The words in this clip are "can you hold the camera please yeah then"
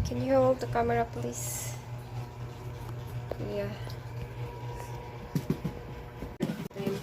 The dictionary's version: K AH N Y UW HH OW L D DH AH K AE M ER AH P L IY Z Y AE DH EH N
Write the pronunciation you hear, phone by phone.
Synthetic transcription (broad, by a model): K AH N Y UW HH OW L D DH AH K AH M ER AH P L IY S Y AE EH